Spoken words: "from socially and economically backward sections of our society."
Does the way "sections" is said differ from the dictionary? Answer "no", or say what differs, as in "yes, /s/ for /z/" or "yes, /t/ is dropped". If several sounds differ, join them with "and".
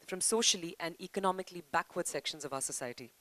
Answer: no